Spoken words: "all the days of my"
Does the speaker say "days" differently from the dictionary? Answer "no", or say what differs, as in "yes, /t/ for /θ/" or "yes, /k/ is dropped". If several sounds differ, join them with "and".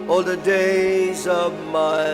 no